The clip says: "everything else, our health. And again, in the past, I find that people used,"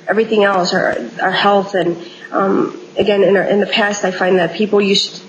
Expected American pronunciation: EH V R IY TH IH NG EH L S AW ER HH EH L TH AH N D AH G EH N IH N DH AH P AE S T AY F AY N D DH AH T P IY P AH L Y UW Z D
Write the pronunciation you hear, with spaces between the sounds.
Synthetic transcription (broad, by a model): EH V R IY TH IH NG EH L S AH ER HH EH L TH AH N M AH G EH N IH N DH AH P AE S T AY F AY N DH AH T P IY P L Y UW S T